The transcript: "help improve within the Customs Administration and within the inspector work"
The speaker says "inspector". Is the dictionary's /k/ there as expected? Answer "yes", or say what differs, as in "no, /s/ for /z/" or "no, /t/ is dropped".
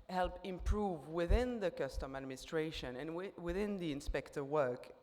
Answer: yes